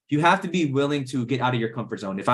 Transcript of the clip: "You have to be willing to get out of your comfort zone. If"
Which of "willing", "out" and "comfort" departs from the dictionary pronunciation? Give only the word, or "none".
none